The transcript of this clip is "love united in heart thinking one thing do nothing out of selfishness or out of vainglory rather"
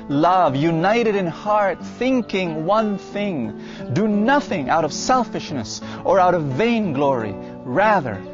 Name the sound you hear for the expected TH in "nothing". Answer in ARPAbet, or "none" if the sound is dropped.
TH